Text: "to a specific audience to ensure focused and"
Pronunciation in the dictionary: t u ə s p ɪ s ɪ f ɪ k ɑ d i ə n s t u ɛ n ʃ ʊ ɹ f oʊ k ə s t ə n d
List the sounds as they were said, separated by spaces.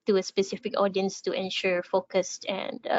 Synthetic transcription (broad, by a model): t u ə s p ɪ s ɪ f ɪ k ɑ d i ə n s t u ɛ n ʃ ʊ ɹ f oʊ k ə s t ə n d